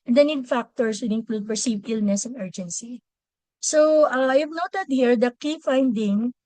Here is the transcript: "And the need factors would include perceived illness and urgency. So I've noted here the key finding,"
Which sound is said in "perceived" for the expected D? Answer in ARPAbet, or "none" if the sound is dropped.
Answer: none